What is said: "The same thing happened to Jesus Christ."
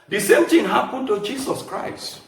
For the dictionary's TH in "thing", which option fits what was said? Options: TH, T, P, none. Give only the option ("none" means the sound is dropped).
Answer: T